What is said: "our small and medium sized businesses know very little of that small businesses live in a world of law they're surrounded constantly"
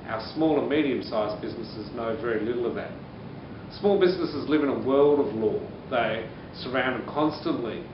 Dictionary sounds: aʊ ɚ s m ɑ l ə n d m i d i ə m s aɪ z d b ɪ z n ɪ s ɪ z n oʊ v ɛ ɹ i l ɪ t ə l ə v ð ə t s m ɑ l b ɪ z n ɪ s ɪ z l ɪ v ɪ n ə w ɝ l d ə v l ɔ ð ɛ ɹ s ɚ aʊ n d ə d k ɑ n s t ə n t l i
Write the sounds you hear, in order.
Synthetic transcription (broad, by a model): aʊ ɚ s m ɑ l ə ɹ m i d i ə m s aɪ z b ɪ z n ɪ s ɪ z n oʊ v ɛ ɹ i l ɪ t l ə v ð ə t s m ɑ l b ɪ z n ɪ s ɪ z l ɪ v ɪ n ə w ɝ l d ə v l ɔ ð ɛ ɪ s ɚ aʊ n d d k ɑ n s t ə n t l i